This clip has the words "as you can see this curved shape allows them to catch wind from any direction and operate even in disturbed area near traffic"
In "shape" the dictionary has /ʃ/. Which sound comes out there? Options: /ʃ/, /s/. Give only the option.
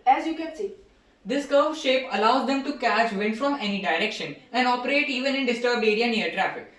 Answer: /ʃ/